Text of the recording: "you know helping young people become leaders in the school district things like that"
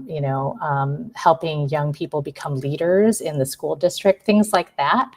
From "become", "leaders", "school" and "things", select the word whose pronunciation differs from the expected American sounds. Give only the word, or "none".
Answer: none